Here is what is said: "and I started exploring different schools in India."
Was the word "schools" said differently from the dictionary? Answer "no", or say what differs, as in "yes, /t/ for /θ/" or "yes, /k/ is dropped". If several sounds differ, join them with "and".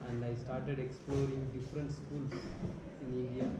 yes, /s/ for /z/